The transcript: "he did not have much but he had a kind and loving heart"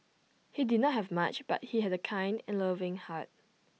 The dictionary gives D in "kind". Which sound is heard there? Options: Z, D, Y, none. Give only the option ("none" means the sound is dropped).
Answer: D